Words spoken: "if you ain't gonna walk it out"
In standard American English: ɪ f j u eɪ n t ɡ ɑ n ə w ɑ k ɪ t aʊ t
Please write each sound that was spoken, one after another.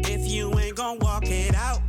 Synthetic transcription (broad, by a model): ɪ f j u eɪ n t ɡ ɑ ə w ɑ k ɪ t aʊ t